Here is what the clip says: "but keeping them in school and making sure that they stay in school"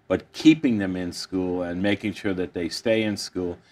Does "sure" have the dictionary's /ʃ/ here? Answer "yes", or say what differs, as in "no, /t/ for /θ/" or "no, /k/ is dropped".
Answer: yes